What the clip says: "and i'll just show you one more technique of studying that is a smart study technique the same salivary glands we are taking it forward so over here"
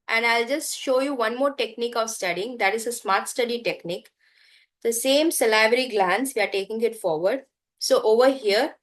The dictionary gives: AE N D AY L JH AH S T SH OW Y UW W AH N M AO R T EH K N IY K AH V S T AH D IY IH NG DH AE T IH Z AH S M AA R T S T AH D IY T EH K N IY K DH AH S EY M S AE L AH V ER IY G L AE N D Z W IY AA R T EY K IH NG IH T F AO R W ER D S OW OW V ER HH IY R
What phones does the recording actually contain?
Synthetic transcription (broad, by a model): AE N D AY L JH AH S T SH OW Y UW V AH N M AO R T EH K N IY K AH V S T AH D IY IH NG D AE T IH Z AH S M AA R T S T AH D IY T EH K N IY K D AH S EY M S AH L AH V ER IY G L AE N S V IY AA R T EY K IH NG IH T F AO R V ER D S OW OW V ER HH IY R